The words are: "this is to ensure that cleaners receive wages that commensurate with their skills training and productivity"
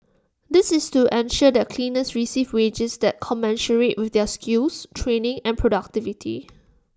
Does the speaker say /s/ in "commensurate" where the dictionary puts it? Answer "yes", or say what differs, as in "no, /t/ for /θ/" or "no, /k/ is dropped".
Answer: no, /ʃ/ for /s/